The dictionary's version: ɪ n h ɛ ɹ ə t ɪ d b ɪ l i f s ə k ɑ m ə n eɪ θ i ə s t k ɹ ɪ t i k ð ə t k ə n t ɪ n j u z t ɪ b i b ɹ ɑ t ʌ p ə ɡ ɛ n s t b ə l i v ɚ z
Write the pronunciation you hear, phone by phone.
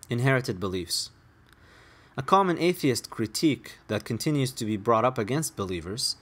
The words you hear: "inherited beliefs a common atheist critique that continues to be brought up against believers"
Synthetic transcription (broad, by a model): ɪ n h ɛ ɹ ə t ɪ d b ɪ l i f s ə k ɑ m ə n eɪ θ i ə s t k ɹ ɪ t i k ð ə t k ə n t ɪ n j u z t ɪ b i b ɹ ɑ t ʌ p ə ɡ ɛ n s t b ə l i v ɚ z